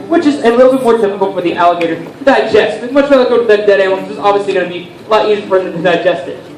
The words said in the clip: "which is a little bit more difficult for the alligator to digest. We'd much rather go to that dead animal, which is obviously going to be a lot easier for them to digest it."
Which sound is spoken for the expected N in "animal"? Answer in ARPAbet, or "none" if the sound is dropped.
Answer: none